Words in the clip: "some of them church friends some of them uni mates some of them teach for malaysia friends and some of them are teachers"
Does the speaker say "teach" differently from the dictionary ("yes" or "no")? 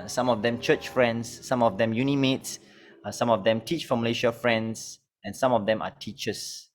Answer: no